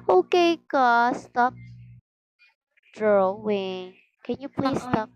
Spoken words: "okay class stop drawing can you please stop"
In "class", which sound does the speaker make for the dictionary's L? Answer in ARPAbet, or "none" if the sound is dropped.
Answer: none